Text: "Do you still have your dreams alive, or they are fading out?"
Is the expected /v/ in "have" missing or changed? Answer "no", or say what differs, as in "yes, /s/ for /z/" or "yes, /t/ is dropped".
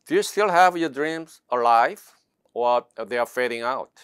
no